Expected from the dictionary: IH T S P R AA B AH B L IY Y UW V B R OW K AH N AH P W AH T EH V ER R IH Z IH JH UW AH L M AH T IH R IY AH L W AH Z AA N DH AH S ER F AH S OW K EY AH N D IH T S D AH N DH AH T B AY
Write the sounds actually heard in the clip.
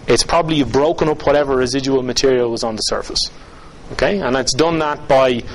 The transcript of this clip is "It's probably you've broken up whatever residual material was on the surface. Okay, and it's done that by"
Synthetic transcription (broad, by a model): IH T S P R AA B AH B L IY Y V B R OW K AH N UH P W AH T EH V ER R IH Z IH JH UW AH L M AH T IH R IY AH L W AH Z N DH AH S ER F AH S OW K EY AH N IH T S D AH N DH AH T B AY